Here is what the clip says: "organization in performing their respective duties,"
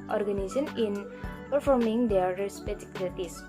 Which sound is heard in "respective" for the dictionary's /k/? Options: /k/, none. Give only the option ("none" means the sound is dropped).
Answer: none